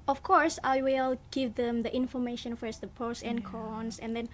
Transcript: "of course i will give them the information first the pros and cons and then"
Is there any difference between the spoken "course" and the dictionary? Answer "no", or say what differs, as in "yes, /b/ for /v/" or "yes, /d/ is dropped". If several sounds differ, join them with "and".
no